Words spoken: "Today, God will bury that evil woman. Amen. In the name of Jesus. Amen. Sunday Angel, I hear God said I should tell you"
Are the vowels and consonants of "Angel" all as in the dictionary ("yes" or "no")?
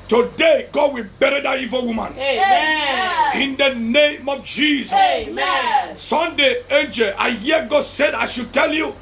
yes